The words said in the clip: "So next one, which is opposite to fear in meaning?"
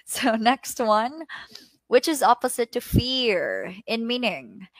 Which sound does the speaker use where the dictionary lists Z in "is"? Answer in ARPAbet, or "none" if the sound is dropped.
Z